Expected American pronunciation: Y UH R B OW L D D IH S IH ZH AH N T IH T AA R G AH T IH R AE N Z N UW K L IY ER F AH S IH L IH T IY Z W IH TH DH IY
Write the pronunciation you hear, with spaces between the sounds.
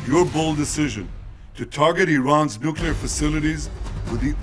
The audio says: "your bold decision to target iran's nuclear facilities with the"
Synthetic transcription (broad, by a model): Y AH R B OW L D D IH S IH ZH AH N T IH T AA R G AH T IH R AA N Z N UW K L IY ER F AH S IH L IH T IY Z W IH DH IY